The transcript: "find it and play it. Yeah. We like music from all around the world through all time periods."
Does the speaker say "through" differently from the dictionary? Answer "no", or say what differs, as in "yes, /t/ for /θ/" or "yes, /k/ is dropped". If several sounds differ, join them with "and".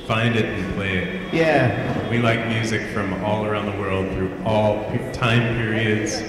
no